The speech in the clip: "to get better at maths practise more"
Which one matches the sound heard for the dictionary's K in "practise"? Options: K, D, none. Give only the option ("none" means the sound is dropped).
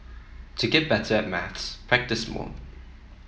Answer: K